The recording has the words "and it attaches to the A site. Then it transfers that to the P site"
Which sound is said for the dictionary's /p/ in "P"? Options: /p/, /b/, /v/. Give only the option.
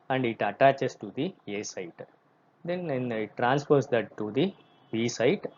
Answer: /b/